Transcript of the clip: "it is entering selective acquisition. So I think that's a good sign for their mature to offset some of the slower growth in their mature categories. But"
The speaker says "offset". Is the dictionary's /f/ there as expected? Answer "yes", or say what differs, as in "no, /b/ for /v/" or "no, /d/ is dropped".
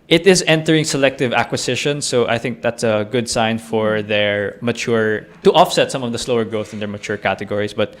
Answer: yes